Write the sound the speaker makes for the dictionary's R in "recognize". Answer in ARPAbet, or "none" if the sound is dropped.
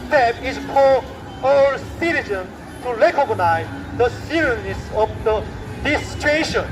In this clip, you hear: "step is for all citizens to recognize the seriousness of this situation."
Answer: L